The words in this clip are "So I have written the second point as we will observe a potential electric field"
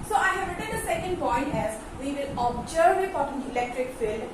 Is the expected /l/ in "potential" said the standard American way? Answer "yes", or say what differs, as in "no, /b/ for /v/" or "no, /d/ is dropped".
no, /n/ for /l/